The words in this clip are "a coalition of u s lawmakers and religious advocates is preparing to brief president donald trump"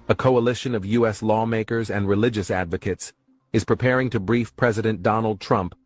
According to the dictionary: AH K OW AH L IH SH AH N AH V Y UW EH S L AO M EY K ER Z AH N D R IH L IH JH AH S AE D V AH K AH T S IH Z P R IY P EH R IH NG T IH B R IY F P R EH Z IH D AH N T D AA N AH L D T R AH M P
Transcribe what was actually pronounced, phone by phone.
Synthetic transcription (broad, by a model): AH K OW AH L IH SH AH N AH V Y UW EH S L AO M EY K ER Z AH N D R IH L IH JH AH S AE D V AH K AH T S IH Z P R IY P EH R IH NG T IH B R IY F P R EH Z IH D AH N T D AA N L D T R AH M P